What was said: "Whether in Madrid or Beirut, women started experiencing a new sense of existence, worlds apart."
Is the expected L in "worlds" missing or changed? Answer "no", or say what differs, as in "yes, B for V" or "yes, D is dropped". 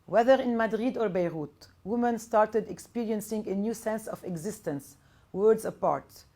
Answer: yes, L is dropped